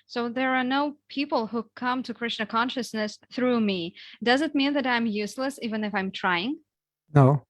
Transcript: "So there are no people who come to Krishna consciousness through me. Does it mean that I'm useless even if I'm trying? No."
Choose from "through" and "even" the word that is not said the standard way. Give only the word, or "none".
none